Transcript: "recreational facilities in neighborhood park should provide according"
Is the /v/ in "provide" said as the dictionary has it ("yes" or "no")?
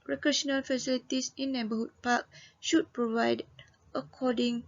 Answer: yes